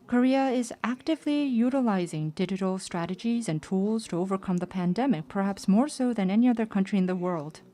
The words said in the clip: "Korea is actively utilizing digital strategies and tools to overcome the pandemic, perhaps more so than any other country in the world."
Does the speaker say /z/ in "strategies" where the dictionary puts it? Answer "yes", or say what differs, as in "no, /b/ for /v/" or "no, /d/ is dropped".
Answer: yes